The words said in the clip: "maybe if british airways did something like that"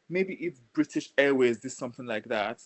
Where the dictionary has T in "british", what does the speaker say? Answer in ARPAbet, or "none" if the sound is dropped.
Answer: T